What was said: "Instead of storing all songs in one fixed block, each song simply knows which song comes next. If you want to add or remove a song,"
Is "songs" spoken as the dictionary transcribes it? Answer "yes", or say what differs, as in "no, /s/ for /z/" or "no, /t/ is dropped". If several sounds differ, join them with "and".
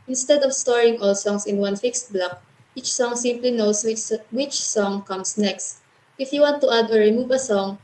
no, /s/ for /z/